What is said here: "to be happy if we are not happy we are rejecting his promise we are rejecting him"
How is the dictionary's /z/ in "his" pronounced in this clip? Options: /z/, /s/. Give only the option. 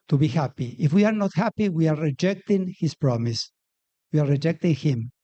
/s/